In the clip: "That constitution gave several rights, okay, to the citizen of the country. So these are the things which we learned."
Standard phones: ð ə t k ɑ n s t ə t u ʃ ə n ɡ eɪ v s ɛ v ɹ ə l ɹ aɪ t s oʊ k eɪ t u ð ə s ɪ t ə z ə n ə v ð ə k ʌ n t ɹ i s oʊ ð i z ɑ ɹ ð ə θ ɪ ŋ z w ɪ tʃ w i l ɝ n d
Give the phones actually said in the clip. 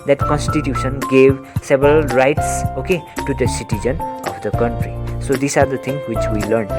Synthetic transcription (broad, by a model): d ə t k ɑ n s t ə t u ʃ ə n ɡ eɪ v s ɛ b ɹ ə l ɹ aɪ t s oʊ k eɪ t u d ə s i t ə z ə n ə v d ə k ʌ n t ɹ i s oʊ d i s ɑ ɹ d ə t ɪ ŋ w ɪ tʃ w i l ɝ n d